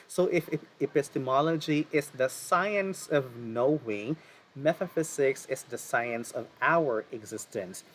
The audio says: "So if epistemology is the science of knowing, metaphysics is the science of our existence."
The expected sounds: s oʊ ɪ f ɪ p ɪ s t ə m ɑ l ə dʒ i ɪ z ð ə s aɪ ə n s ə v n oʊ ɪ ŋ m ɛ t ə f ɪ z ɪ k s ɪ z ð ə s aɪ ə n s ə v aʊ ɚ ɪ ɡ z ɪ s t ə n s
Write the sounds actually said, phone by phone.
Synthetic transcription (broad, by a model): s oʊ ɪ f ɪ p ɪ s t ə m ɑ l ə dʒ i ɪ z ð ə s aɪ ə n s ə v n oʊ ɪ ŋ m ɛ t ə f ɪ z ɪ k s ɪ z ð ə s aɪ ə n s ə v aʊ ɚ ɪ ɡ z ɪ s t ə n s